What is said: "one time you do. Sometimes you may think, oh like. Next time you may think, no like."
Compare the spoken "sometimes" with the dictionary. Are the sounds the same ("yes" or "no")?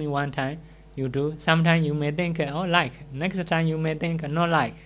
no